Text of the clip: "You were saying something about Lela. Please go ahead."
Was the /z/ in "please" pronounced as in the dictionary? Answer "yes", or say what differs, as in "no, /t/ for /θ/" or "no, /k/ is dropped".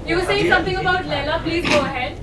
yes